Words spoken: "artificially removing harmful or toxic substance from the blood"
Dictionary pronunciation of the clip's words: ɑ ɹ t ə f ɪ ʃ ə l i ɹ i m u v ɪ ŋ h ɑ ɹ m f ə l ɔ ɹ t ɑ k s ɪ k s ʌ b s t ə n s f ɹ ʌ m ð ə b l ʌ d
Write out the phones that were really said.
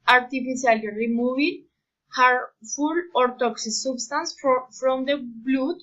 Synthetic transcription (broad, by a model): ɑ ɹ t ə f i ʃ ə l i ɹ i m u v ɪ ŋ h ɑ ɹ f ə l ɔ ɹ t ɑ k s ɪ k s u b s t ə n s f ɹ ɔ m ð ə b l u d